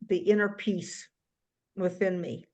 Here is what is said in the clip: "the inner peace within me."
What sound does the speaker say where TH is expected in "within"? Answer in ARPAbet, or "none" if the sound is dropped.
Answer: TH